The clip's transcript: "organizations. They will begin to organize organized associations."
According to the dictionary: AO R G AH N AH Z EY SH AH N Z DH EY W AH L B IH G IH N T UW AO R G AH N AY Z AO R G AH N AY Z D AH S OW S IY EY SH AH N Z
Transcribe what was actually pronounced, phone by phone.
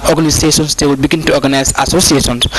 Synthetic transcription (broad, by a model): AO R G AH N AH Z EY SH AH N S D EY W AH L B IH G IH N T UW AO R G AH N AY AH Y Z AH S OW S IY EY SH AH N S